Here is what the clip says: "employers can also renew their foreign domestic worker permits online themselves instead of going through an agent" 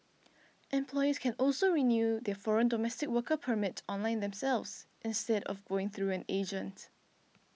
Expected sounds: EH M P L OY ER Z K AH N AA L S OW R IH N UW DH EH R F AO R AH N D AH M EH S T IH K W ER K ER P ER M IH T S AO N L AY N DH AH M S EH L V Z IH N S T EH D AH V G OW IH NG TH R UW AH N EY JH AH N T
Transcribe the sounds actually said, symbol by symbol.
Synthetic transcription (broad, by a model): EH M P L OY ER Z K AH N AA L S OW R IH N UW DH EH F AO R AH N D AH M EH S T IH K W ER K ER P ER M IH T AO N L AY N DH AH M S EH L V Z IH N S T EH D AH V G OW IH NG TH R UW AH N EY JH AH N T